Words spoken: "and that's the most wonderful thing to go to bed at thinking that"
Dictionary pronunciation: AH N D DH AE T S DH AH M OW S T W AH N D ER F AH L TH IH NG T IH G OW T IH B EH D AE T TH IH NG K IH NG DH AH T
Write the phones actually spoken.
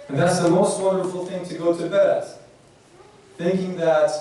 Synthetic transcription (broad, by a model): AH N DH AE T S DH AH M OW S T W AH N D ER F L TH IH NG T IH G OW T IH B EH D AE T TH IH NG K IH NG DH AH T